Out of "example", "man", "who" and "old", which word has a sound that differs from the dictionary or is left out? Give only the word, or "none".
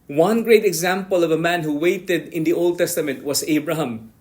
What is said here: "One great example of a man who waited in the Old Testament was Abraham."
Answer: none